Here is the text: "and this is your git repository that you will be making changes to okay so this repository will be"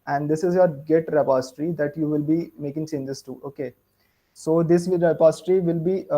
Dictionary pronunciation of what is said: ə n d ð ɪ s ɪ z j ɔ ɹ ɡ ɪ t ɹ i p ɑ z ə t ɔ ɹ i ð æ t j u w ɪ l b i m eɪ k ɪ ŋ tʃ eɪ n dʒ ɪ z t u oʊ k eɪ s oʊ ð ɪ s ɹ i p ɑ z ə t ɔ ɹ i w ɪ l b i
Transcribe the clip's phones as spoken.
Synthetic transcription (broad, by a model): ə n d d ɪ s ɪ z j ɔ ɹ ɡ ɪ t ɹ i p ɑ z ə t ɹ i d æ t j u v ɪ l b i m eɪ k ɪ ŋ s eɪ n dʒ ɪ s t u oʊ k eɪ s oʊ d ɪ s ɹ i p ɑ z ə t ɹ i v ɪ l b i